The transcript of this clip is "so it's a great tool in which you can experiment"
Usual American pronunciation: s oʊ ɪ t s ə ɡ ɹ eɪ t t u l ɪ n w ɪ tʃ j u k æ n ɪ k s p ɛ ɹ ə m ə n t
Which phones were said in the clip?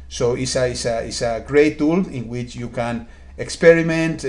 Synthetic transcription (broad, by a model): s oʊ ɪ s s ə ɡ ɹ eɪ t t u l ɪ n w ɪ tʃ j u k æ n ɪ k s p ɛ ɹ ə m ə n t